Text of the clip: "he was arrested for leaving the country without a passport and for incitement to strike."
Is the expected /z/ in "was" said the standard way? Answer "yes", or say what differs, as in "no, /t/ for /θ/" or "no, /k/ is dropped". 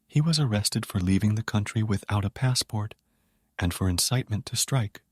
yes